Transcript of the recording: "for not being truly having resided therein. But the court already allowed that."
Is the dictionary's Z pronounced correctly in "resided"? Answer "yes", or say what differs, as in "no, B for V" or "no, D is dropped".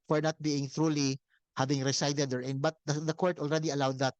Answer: no, S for Z